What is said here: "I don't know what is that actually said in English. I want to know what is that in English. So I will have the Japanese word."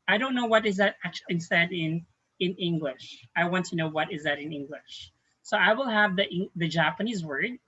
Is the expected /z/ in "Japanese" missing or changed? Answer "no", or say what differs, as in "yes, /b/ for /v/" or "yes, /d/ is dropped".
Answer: no